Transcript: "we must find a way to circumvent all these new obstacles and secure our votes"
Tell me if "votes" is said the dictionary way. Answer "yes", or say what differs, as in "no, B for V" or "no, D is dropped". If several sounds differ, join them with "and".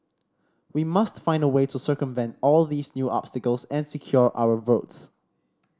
yes